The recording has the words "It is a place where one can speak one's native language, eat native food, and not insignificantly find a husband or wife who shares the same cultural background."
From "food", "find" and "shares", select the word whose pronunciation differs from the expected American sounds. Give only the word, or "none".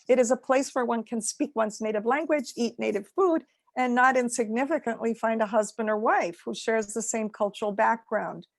none